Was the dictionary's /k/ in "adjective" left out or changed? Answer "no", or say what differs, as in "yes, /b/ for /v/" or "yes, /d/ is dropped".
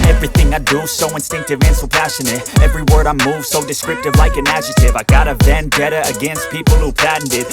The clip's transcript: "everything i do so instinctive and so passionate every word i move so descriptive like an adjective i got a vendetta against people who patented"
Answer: yes, /k/ is dropped